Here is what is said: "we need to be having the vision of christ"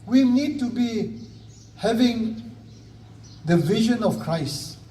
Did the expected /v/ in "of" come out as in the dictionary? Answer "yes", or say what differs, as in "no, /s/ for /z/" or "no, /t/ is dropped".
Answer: no, /f/ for /v/